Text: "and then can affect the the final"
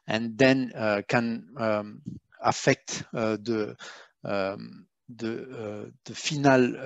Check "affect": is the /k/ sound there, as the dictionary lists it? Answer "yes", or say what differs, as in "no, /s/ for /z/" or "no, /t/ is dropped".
yes